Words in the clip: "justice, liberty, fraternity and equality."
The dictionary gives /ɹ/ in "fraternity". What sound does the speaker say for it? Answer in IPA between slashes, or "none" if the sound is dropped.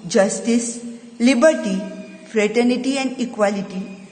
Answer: /ɹ/